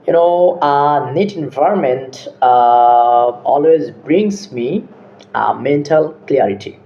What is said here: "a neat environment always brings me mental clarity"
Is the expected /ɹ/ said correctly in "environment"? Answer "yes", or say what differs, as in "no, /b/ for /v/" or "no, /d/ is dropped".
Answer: yes